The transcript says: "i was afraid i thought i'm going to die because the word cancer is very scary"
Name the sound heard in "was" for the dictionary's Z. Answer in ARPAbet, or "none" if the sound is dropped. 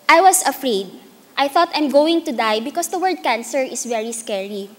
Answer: S